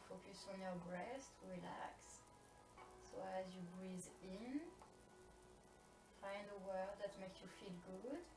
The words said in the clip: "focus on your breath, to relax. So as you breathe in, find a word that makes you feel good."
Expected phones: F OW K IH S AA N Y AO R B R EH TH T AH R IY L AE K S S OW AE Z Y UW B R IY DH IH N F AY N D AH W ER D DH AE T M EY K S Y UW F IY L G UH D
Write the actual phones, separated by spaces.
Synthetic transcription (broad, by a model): F OW K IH S AA N Y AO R B R EH S T R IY L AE K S S OW AE Z Y UW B R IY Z IH N F AY N D AH W ER D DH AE T M EY K S Y UW F IY L G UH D